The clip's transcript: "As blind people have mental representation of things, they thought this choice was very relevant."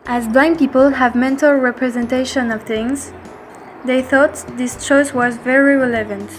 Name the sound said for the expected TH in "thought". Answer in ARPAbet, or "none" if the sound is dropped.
TH